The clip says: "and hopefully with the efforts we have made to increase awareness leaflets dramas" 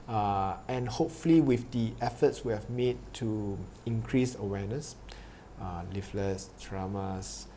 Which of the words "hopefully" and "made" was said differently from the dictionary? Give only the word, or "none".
none